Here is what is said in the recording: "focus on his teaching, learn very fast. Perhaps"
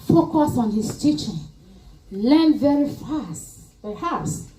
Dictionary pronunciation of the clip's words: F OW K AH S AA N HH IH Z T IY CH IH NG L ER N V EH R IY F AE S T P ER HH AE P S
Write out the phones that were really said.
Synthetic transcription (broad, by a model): F OW K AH S AA N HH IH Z T IY CH IH NG L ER N V EH R IY F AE S T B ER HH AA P S